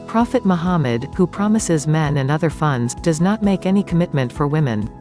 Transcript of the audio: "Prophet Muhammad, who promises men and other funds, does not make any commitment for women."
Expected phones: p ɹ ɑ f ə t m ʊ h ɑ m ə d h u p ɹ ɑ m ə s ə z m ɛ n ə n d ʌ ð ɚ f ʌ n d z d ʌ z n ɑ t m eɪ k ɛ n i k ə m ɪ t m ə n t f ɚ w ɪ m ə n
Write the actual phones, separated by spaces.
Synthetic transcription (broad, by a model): p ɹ ɑ f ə t m ʊ h ɑ m ə d h u p ɹ ɑ m ə s ə z m ɛ n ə n ʌ ð ɚ f ʌ n d z d ʌ z n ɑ t m eɪ k ɛ n i k ə m ɪ t m ə n t f ɚ w ɪ m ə n